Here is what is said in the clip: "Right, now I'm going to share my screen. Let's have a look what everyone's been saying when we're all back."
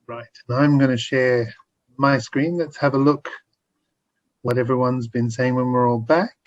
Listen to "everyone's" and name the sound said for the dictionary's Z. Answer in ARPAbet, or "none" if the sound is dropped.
Z